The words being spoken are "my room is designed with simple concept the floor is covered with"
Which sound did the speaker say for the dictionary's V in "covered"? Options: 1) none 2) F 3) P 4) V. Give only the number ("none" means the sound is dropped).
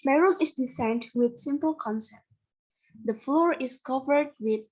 4